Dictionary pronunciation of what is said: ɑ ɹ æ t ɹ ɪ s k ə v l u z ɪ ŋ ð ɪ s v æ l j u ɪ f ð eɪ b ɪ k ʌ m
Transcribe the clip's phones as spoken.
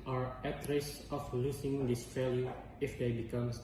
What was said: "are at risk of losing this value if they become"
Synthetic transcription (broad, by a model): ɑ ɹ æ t ɹ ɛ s ə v l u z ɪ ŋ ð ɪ s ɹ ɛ l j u ɪ f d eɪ b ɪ k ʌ m